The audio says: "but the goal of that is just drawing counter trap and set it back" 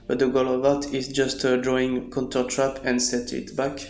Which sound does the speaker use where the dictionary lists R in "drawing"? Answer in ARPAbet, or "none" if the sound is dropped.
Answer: R